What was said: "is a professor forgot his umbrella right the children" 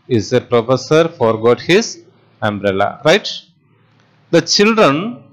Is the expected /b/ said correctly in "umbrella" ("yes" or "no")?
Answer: yes